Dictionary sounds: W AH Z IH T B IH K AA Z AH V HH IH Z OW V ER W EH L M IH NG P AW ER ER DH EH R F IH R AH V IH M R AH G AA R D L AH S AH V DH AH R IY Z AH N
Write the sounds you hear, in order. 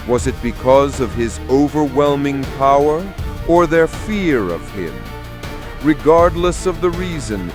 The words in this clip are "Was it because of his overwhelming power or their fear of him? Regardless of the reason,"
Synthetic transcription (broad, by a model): W AH Z IH T B IH K AA Z AH V IH Z OW V ER W EH L M IH NG P AW ER ER DH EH R F IH R AH V IH M R AH G AA R D L AH S AH V DH AH R IY Z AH N